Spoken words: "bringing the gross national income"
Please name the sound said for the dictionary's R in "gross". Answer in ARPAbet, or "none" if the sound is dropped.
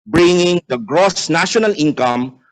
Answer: R